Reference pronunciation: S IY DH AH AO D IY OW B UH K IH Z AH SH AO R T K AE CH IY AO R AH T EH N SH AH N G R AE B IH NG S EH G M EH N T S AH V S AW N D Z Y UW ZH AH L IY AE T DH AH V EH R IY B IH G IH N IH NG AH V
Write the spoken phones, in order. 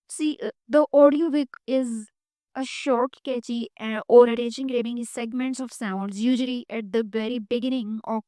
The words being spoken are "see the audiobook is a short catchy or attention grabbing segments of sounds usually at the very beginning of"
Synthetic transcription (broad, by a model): S IY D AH AO D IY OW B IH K IH Z AH SH AO R T K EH CH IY AO R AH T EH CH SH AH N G R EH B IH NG S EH G M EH N T S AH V S AW N D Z Y UW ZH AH L IY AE T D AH V EH R IY B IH G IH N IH NG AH